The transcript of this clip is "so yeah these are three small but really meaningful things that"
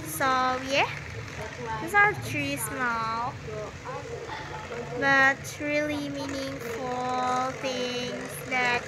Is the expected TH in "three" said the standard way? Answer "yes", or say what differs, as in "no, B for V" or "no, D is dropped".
no, T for TH